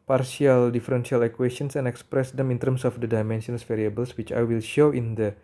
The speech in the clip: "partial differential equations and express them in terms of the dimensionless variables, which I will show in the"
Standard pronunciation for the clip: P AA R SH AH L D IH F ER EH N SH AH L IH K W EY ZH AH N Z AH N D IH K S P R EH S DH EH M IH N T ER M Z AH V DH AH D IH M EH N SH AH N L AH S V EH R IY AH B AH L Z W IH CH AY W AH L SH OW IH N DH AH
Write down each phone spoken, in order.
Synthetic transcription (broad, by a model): P AA R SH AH L D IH F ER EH N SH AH L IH K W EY S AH N S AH N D IH K S P R EH S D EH M IH N T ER M S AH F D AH D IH M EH N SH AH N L S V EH R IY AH B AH L S W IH CH AY W AH L SH OW IH N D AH